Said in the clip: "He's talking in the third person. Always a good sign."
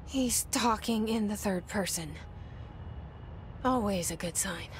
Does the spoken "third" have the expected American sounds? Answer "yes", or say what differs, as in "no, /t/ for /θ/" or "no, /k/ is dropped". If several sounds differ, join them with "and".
yes